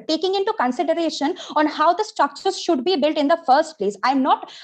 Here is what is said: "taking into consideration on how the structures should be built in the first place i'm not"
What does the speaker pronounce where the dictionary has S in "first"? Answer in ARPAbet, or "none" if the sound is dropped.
S